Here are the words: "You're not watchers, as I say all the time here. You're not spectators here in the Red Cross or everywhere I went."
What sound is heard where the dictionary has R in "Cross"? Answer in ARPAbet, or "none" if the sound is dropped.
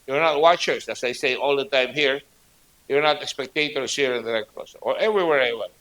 none